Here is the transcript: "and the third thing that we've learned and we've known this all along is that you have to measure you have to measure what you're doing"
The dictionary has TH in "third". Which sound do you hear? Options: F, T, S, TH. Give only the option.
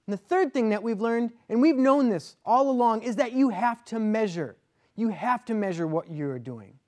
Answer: TH